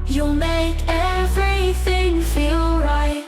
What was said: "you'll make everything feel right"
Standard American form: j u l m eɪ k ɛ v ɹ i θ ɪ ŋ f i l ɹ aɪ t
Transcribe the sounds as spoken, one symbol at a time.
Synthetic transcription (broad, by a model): j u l m eɪ k ɛ v ɹ i θ ɪ ŋ f i l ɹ aɪ t